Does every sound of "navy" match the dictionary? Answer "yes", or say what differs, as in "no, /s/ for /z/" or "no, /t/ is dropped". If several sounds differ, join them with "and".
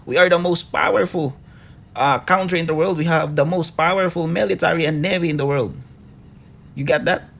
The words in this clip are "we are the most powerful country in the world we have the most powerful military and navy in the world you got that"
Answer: yes